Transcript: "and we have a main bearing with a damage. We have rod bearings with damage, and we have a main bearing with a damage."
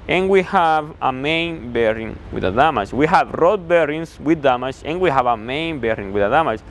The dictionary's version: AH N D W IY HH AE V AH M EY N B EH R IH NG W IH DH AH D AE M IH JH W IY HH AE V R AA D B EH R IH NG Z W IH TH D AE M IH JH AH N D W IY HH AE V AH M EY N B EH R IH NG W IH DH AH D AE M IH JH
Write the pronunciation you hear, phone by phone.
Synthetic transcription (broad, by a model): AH N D W IY HH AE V AH M EY N B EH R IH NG W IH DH AH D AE M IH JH W IY HH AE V R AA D B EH R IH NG S W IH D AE M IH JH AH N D W IY HH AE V AH M EY N B EH R IH NG W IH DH AH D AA M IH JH